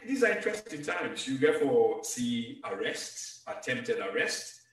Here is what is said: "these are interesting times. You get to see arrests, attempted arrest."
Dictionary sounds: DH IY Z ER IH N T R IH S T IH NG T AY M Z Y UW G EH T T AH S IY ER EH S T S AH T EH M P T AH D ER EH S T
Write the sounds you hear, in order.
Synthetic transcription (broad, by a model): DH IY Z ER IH N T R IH S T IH T AY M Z Y UW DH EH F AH S IY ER EH S T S AH T EH M P T AH D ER EH S T